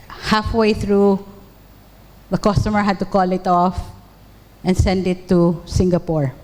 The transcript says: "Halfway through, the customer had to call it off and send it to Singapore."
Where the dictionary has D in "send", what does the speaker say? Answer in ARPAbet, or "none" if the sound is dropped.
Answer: D